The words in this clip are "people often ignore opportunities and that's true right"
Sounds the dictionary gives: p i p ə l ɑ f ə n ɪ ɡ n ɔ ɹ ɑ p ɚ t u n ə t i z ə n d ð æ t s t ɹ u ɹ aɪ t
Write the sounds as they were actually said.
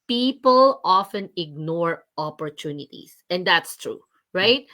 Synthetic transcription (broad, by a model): p i p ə l ɑ f ə n ɪ ɡ n ɔ ɹ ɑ p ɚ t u n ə t i s ə n d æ t s t ɹ u ɹ aɪ t